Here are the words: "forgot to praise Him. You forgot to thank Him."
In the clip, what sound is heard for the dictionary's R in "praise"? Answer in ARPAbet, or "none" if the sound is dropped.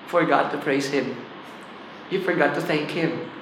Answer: R